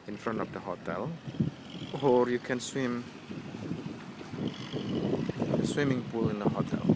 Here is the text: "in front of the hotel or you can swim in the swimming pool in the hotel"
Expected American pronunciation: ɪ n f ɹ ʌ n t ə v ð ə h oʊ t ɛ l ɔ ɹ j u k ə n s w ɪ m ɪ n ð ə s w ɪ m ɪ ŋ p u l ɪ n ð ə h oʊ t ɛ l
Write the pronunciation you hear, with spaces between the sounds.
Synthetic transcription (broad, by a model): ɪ n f ɹ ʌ n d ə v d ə h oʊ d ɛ l ɔ ɹ j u k ə n s w ɪ m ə s w ɪ m ɪ ŋ b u l ɪ n ð ə h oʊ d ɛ l